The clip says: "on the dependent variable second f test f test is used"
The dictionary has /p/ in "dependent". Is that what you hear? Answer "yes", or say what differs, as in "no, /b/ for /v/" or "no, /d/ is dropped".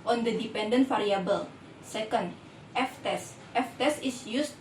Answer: yes